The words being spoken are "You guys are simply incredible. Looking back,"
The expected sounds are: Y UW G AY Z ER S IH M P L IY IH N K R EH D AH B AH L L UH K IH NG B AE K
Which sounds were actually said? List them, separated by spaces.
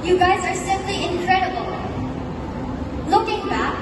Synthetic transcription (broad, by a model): Y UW G AY Z ER S IH M P L IY IH N K R EH D AH B AH L L UH K IH NG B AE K